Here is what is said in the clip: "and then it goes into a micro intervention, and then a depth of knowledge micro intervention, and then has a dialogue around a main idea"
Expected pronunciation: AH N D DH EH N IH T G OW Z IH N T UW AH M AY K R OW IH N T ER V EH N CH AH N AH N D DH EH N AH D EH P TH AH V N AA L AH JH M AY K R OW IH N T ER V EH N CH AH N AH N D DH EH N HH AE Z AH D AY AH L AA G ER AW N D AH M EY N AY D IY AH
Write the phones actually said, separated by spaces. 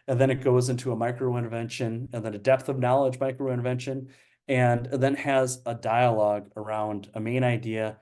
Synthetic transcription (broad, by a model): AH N DH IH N IH T G OW Z IH N T UW AH M AY K R OW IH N V EH N SH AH N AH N DH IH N AH D EH P TH AH V N AA L AH JH M AY K R OW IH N V EH N SH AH N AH N DH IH N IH Z AH D AY AH L AA G ER AW N D AH M EY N AY D IY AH